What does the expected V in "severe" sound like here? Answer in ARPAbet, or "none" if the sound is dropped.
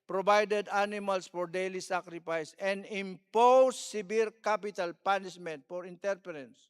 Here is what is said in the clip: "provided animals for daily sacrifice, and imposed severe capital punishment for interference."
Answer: B